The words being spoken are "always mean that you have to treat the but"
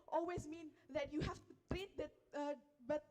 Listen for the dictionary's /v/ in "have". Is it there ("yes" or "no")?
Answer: no